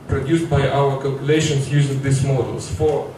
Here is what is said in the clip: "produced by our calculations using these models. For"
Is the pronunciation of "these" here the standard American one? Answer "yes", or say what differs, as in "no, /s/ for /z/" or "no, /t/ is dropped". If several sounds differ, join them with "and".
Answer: no, /s/ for /z/